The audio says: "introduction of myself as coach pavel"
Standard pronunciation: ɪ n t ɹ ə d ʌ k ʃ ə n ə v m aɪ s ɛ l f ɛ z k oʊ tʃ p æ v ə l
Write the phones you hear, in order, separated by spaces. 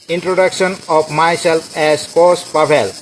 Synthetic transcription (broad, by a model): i n t ɹ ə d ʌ k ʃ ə n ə p m aɪ s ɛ l p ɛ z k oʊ s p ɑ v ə l